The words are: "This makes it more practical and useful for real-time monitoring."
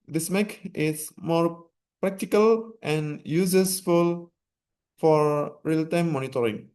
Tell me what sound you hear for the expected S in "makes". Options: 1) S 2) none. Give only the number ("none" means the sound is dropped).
2